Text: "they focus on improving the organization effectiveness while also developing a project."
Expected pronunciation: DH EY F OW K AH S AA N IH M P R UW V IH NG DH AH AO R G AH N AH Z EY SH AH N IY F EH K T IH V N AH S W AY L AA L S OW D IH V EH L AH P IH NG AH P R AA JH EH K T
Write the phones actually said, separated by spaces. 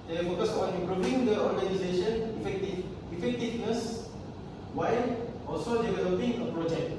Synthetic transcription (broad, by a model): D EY F OW K AH S AA N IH P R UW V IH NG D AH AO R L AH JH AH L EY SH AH N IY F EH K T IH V N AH S W AY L AA L S OW D IH V EH L AH P IH NG AH P R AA JH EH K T